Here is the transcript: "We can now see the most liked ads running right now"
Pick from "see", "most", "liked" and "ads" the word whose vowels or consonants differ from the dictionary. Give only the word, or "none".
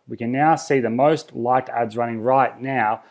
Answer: none